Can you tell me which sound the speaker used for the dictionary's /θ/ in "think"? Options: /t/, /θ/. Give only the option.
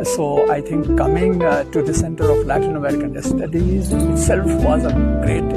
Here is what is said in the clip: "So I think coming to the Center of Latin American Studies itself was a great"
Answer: /t/